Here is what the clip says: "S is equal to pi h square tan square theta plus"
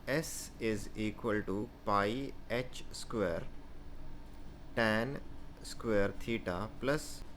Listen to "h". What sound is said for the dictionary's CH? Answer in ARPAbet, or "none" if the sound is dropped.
CH